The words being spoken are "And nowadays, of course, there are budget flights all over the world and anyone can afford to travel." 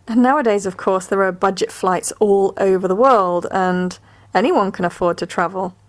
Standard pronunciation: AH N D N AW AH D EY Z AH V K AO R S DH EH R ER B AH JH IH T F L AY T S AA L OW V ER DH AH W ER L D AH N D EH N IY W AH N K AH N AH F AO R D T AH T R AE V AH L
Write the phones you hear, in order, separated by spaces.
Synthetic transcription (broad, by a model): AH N N AW AH D EY Z AH V K AO R S DH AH R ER B AH JH IH T F L AY T S AA L OW V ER DH AH W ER L D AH N EH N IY W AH N K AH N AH F AO D T AH T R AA V AH L